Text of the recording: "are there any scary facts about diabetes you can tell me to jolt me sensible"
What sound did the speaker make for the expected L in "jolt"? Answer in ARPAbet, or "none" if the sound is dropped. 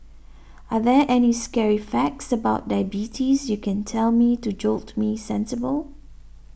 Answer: L